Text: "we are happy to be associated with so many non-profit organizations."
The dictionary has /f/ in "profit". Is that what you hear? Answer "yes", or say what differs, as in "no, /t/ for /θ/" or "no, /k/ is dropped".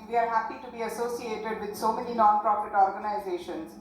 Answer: no, /p/ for /f/